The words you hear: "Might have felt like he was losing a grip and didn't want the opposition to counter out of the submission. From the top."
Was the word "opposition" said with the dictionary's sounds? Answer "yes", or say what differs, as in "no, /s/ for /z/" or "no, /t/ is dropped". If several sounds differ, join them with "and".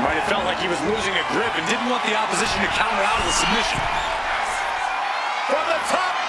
yes